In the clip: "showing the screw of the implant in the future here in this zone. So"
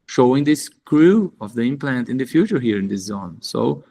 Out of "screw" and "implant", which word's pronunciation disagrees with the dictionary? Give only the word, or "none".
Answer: none